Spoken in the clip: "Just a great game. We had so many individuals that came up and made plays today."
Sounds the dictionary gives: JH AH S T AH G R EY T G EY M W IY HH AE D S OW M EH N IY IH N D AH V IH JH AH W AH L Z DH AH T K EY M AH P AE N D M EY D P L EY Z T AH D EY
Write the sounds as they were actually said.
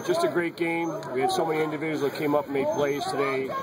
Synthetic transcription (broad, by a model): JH AH S T AH G R EY T G EY M W IY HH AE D S OW M EH N IY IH N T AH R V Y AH Z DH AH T K EY M AH P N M EY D P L EY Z T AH D EY